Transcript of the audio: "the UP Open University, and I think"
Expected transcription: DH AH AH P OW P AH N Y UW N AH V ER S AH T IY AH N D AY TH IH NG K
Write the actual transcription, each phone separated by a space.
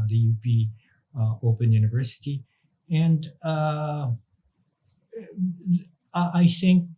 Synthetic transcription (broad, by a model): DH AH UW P OW P AH N Y UW N AH V ER S AH T IY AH N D AY TH IH NG K